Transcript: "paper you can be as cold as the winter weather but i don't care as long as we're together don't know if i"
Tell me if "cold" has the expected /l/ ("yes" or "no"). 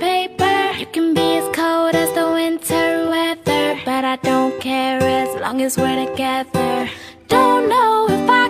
no